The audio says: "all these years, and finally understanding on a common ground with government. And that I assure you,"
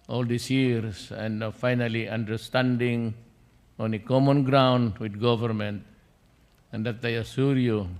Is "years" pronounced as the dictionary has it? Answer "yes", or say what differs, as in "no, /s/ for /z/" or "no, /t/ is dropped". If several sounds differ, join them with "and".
no, /s/ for /z/